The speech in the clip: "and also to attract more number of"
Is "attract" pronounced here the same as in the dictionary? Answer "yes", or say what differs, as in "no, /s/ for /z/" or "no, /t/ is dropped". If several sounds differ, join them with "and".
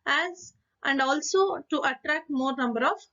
yes